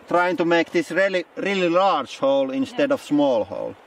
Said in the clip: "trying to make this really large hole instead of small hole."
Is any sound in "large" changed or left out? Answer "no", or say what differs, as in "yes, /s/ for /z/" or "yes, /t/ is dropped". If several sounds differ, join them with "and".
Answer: yes, /l/ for /ɹ/